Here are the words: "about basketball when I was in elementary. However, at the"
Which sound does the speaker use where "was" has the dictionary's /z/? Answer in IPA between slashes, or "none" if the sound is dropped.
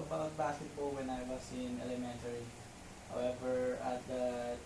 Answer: /s/